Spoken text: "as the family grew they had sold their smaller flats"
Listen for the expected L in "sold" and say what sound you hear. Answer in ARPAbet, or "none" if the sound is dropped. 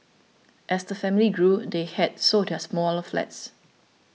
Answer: none